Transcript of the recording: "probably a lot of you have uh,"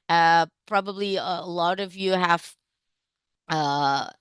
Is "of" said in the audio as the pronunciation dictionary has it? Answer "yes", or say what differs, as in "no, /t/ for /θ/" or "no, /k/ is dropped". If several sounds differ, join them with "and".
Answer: yes